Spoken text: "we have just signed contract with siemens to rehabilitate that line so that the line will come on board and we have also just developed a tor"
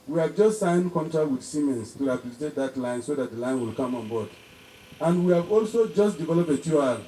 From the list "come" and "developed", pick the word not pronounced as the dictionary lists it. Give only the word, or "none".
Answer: developed